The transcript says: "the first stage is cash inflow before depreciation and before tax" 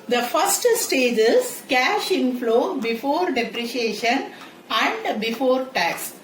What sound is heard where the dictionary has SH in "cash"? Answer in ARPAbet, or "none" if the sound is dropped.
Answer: SH